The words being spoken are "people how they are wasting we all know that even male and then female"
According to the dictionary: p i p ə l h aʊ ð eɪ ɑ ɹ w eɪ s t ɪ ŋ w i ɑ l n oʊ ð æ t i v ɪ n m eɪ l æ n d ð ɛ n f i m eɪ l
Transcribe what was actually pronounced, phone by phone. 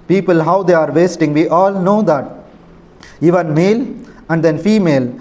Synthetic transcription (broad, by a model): p i p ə l h aʊ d eɪ ɑ ɹ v eɪ s t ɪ ŋ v i ɑ l n oʊ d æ t i v ɪ n m eɪ l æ n d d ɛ n f i m eɪ l